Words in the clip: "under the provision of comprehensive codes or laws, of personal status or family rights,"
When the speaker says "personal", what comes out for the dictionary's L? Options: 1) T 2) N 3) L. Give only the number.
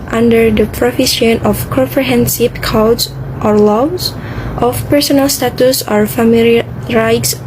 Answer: 3